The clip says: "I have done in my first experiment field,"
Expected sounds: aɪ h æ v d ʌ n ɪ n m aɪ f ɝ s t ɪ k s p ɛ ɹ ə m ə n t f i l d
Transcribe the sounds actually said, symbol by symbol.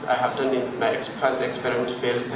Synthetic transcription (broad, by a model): aɪ h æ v d ʌ n ɪ n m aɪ p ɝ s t ɪ k s p ɛ ɹ ə m ə n t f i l